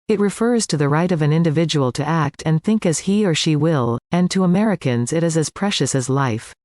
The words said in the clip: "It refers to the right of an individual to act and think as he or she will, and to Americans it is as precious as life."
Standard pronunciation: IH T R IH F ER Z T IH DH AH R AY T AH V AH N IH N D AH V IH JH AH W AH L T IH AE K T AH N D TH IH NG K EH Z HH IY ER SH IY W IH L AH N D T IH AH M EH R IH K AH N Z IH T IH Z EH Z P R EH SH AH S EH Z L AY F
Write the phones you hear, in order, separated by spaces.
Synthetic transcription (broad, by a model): IH T R IH F ER Z T IH DH AH R AY T AH V AH N IH N D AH V IH JH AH W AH L T IH AE K T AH N TH IH NG K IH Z HH IY ER SH IY W IH L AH N T IH AH M EH R IH K AH N Z IH T IH Z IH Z P R EH SH AH S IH Z L AY F